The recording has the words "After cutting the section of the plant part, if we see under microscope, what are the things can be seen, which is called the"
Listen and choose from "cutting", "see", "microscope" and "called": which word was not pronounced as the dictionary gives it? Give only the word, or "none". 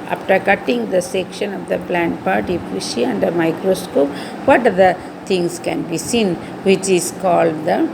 see